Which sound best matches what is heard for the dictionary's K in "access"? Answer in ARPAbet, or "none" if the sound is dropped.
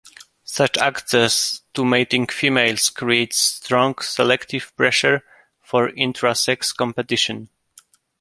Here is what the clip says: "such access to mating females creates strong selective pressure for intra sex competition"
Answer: K